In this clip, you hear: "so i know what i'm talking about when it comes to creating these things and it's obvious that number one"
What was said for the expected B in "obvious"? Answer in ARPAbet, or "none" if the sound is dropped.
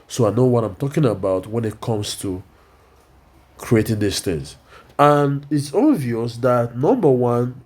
none